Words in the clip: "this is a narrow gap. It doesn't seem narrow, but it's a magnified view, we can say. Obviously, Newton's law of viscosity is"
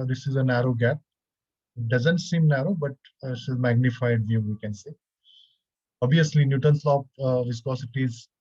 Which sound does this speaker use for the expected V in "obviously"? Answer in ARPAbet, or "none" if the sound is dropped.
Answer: none